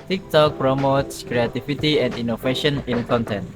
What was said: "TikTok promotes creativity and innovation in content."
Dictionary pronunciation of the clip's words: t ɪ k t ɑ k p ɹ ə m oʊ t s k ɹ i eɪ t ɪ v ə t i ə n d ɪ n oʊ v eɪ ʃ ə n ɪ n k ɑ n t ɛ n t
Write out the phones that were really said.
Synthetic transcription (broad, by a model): t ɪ k t ɑ k p ɹ ə m oʊ t s k ɹ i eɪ t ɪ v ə t i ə n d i n oʊ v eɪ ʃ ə n ɪ n k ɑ n t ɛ n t